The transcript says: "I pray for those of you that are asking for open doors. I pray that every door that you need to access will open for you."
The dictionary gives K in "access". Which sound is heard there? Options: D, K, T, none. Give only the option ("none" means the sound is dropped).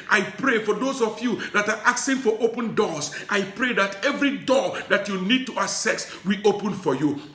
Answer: none